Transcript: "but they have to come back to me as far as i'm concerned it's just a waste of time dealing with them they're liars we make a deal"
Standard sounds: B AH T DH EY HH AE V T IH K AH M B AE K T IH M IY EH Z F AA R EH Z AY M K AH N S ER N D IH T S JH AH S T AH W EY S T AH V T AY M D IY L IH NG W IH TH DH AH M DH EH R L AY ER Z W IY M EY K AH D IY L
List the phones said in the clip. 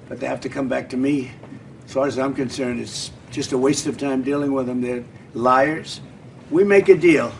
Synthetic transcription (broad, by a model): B AH T DH EY HH AE F T IH K AH M B AE K T IH M IY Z F AA R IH Z AY M K AH N S ER N D IH T S JH AH S T AH W EY S T AH V T AY M D IY L IH NG W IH DH AH M DH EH R L AY ER Z W IY M EY K AH D IY L